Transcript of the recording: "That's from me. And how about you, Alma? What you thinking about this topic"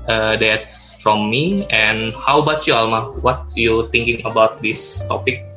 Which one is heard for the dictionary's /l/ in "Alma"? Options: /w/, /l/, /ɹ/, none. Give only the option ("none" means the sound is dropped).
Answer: /l/